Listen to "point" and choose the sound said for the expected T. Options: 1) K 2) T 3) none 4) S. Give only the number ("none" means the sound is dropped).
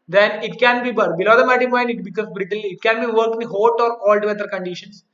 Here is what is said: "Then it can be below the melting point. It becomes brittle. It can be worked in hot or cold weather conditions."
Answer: 3